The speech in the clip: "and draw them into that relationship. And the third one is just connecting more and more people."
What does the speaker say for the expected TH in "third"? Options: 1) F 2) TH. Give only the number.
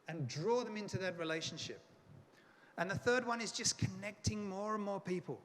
2